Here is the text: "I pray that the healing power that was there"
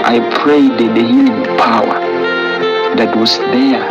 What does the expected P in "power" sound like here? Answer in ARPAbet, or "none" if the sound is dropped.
P